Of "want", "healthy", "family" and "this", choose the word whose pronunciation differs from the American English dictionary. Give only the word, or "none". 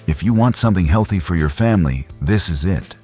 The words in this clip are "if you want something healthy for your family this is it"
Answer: none